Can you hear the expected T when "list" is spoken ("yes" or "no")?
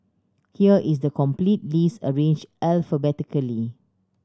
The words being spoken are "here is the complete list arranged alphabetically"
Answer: no